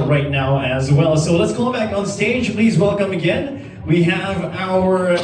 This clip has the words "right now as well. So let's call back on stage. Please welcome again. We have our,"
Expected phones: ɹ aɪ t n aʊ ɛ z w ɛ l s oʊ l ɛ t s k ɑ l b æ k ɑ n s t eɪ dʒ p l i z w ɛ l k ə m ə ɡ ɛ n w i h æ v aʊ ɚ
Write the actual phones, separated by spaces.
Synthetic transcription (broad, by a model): ɹ aɪ t n aʊ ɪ z w ɛ l s oʊ l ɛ t s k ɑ b æ k n s t eɪ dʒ p l i z w ɛ l k ə m ə ɡ ɛ n w i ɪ v aʊ ɚ